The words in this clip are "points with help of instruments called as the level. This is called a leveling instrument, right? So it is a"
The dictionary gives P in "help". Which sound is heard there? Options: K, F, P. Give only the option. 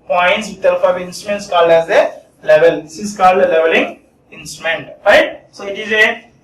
F